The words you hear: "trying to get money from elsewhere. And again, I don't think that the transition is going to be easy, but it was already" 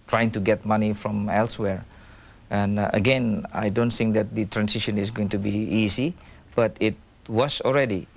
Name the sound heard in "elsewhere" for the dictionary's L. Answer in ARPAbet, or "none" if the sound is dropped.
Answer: L